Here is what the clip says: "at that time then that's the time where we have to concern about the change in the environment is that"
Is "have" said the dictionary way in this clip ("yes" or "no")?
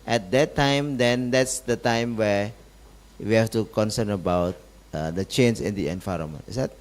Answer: no